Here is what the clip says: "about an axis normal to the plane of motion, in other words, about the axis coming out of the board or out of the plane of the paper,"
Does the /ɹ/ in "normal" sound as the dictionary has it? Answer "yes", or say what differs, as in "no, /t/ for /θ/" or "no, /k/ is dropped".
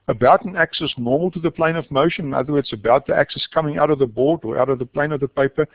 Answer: yes